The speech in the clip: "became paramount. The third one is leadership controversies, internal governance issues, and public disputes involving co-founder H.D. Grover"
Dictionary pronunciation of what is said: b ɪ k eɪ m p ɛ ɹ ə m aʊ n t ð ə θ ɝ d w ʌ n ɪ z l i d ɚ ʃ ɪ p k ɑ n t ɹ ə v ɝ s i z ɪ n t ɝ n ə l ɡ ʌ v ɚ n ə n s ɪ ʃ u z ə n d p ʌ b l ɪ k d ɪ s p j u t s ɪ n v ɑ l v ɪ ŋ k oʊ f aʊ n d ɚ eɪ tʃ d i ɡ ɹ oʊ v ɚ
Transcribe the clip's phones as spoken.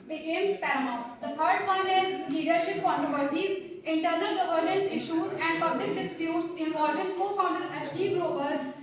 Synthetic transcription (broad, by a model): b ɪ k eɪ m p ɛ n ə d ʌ t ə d d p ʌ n ɪ z l i d ɚ ʃ ɪ p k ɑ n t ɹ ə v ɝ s i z ɪ n t ɝ n ə l ɡ ʌ v ɚ n ə n s ɪ ʃ u z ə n d p ʌ b l ɪ k d ɪ s p j u t s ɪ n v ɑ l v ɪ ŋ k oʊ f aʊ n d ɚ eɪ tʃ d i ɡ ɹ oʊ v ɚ